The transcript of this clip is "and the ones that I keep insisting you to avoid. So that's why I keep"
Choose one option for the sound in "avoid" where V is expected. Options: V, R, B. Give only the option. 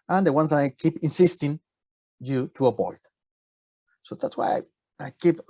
B